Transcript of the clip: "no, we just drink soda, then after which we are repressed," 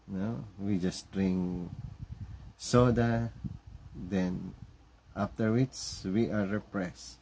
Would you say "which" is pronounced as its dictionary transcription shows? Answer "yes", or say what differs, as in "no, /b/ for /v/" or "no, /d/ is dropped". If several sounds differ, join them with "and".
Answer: no, /s/ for /tʃ/